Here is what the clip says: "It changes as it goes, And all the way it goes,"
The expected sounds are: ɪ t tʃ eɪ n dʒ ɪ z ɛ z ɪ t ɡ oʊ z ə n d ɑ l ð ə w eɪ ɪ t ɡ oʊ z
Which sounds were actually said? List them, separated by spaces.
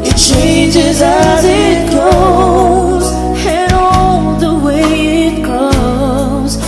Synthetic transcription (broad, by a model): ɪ t tʃ eɪ n dʒ ɪ z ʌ z ɪ t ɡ oʊ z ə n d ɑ ð ə w eɪ ɪ t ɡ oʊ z